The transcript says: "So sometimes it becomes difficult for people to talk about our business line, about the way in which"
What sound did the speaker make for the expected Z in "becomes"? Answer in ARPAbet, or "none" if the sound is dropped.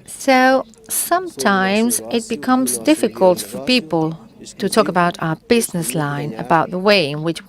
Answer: Z